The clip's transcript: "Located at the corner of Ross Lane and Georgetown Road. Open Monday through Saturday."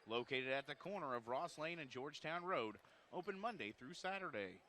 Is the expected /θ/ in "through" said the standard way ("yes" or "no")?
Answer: yes